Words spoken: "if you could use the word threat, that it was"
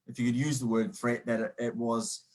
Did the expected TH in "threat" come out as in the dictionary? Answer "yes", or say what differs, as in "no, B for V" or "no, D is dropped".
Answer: no, F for TH